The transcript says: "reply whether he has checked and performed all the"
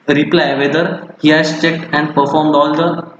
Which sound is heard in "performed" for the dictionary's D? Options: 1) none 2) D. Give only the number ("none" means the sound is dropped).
2